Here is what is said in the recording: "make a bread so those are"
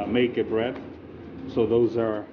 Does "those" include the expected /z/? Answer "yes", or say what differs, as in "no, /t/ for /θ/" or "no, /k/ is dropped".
yes